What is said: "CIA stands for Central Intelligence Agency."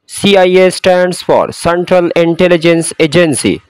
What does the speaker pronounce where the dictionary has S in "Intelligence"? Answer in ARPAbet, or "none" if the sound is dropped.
S